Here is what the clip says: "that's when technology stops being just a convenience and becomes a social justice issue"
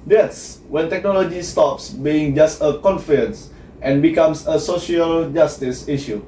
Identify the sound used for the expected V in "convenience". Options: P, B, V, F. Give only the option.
F